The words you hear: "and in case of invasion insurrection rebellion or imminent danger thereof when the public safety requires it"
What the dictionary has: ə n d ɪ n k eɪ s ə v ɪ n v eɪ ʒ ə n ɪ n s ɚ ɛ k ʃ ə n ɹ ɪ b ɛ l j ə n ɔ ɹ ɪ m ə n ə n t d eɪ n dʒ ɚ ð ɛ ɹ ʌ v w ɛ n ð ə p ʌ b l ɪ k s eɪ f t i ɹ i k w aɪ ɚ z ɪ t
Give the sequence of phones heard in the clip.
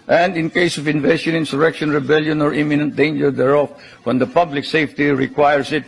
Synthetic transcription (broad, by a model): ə n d ɪ n k eɪ s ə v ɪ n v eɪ ʃ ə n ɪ n s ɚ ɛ k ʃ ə n ɹ ɪ b ɛ l j ə n ɔ ɹ ɪ m ə n ə n t d eɪ n dʒ ɚ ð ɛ ɹ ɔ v w ɛ n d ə p ʌ b l ɪ k s eɪ f t i ɹ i k w aɪ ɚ s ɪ t